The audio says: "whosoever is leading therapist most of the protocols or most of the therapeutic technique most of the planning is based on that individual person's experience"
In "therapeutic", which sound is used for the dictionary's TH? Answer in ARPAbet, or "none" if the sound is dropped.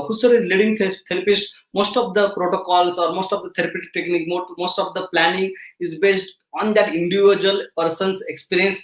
T